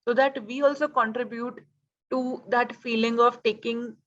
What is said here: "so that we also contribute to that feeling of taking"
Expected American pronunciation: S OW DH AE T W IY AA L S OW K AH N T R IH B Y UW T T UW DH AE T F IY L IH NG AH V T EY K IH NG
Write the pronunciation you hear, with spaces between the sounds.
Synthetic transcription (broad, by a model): S OW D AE T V IY AA L S OW K AH N T R IH B Y UW T T UW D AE T F IY L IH NG AH V T EY K IH NG